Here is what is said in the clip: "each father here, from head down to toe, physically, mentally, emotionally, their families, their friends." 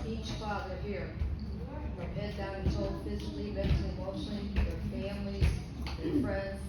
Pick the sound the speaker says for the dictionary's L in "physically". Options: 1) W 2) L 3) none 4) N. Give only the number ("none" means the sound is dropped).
2